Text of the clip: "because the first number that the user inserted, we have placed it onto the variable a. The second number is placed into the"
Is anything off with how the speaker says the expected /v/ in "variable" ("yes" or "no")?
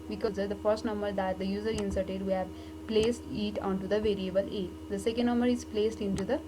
no